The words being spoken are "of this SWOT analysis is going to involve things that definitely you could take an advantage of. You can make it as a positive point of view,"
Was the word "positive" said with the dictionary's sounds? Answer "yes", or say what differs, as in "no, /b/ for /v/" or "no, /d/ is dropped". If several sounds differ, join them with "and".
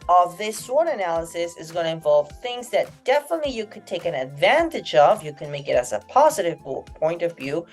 yes